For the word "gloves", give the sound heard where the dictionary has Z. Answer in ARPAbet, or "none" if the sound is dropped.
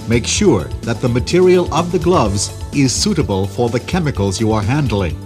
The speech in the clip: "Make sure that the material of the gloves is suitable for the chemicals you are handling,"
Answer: Z